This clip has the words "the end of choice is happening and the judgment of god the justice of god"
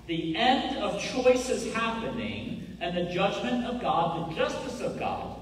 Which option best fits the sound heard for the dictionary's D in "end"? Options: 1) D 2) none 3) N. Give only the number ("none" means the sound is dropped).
1